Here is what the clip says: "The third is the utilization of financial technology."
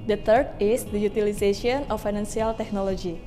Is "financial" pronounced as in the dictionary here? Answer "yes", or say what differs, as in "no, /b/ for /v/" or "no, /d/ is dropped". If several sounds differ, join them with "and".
no, /s/ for /ʃ/